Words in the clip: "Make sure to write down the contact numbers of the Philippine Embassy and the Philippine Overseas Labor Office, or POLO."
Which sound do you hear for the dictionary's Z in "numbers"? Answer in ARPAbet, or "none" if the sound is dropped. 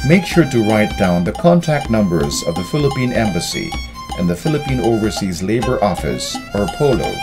Z